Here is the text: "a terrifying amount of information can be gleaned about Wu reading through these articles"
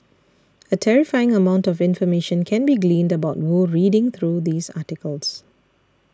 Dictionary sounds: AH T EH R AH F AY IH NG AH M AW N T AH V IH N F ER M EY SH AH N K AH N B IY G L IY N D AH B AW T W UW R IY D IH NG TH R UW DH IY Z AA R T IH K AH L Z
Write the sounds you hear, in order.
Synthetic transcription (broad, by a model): AH T EH R AH F AY IH NG AH M AW N T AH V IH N F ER M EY SH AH N K AH N B IY G L IY N D AH B AW T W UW R IY D IH NG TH R UW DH IY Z AA T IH K AH L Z